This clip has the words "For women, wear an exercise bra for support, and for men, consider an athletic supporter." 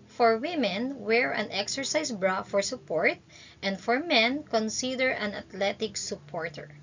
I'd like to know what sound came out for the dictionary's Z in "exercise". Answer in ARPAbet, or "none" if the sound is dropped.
S